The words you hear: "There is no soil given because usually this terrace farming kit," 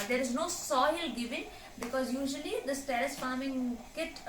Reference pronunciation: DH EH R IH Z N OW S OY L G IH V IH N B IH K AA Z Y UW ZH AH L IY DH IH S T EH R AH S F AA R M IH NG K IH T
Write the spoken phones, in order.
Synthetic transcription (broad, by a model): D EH R IH Z N OW S OY L G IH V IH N B IH K AA Z Y UW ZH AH L IY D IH S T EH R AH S F AA R M IH NG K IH T